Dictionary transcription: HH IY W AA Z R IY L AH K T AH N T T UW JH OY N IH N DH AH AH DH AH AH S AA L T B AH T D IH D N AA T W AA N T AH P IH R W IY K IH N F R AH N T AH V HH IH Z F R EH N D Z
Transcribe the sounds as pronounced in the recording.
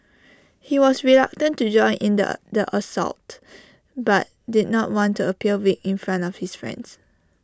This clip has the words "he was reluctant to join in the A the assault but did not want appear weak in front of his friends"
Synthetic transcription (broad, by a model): HH IY W AA S R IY L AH K T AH N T T UW JH OY N IH N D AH AH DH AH AH S AA L T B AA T D IH D N AA T W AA N T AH P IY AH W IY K IH N F R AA N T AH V HH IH S F R EH N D S